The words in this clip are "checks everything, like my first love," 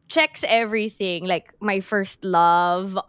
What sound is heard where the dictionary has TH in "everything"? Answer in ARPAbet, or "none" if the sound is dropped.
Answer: TH